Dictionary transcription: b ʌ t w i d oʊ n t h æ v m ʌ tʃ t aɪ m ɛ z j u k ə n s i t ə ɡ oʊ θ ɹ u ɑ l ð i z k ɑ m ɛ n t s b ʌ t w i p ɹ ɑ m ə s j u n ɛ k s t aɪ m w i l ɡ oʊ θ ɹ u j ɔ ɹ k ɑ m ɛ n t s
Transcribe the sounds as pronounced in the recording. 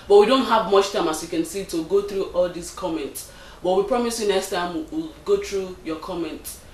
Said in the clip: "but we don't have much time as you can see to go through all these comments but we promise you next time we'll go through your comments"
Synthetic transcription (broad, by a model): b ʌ t w i d oʊ n t h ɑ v m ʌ tʃ t aɪ m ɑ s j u k ə n s i t ə ɡ oʊ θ ɹ u ɑ l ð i s k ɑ m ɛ n t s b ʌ t w i p ɹ ɑ m ə s j u n ɛ k s t aɪ m w i l ɡ oʊ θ ɹ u j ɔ k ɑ m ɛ n t